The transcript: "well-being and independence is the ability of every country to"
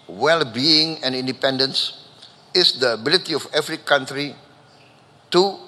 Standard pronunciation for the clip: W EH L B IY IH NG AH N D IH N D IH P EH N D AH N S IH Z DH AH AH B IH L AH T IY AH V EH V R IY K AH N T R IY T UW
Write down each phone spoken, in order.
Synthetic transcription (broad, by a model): W EH L B IY IH NG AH N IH N D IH P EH N D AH N S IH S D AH AH B IH L AH T IY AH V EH F R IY K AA N T R IY T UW